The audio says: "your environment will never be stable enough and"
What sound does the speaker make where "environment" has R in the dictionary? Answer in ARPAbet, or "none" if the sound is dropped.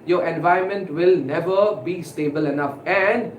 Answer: none